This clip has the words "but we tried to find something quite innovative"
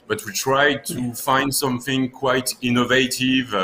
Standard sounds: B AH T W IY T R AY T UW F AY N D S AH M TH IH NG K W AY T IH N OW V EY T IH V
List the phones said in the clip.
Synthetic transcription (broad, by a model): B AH T W IY T R AY T UW F AY N D S AH M TH IH NG K W AY T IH N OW V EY T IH V